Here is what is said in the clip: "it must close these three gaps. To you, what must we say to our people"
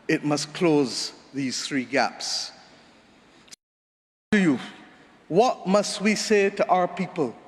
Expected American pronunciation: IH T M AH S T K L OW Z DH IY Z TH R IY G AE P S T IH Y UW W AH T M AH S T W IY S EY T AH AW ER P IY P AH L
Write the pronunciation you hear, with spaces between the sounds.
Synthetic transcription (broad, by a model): IH T M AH S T K L OW Z DH IY Z TH R IY G AE P S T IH Y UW W AH T M AH S T W IY S EY T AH AW ER P IY P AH L